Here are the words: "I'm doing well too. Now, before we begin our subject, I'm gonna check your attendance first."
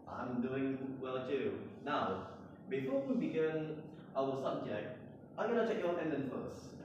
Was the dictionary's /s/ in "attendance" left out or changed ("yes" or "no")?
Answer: yes